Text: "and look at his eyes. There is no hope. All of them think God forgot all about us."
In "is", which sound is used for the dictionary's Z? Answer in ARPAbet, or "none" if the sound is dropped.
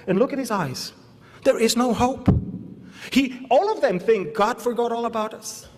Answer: Z